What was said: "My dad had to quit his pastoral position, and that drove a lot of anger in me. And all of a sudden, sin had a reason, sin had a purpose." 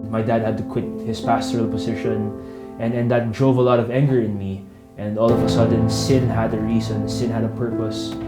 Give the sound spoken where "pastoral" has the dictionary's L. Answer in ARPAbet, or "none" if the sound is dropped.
L